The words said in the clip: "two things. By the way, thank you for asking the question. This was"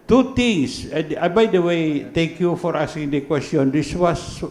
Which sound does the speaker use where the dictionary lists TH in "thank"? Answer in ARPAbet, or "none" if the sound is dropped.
T